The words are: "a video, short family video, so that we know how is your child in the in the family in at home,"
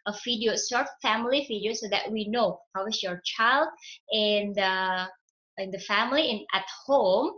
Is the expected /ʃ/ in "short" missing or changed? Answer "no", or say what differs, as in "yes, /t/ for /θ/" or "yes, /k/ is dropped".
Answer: yes, /s/ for /ʃ/